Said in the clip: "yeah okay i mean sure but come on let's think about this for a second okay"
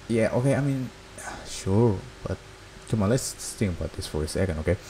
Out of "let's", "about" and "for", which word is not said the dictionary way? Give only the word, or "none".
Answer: let's